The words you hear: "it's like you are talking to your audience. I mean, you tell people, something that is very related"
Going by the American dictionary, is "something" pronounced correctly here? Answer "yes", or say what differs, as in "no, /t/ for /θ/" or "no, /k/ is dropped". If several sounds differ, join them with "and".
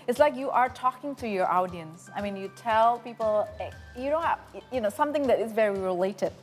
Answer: yes